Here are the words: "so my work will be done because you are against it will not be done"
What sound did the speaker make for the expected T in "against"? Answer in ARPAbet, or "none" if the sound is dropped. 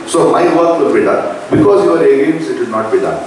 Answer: none